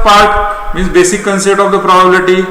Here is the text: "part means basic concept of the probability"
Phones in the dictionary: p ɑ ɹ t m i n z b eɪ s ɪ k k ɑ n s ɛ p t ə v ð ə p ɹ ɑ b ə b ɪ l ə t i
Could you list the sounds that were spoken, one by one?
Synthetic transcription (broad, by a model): p ɑ ɹ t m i z b eɪ s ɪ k k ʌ n s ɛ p t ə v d ə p ɹ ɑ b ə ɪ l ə t i